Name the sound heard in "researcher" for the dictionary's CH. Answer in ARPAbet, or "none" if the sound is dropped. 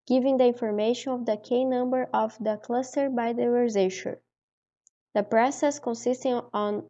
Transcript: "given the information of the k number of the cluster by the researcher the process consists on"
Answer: SH